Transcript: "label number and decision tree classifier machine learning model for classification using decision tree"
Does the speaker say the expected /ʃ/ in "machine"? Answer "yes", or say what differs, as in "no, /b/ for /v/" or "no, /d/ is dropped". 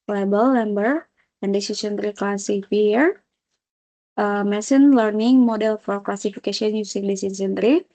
no, /s/ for /ʃ/